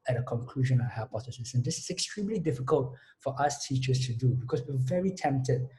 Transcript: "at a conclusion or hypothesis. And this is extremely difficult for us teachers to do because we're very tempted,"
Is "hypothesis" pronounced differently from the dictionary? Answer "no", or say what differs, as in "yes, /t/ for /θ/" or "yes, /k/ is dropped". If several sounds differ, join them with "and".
yes, /f/ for /θ/